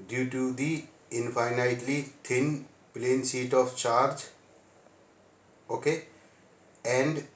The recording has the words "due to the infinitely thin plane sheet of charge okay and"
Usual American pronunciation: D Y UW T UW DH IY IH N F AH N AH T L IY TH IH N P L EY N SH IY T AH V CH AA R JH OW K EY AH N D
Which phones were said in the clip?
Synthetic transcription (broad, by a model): D Y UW T UW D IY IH N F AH N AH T L IY T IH N P L EY N S IY T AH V CH AA R JH OW K EY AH N D